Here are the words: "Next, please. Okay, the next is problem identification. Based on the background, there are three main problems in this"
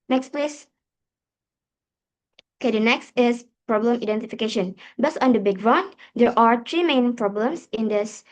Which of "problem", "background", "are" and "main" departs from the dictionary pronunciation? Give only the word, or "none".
background